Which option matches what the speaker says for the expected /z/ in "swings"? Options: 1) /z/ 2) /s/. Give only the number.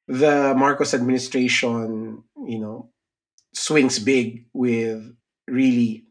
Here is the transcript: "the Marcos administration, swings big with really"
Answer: 2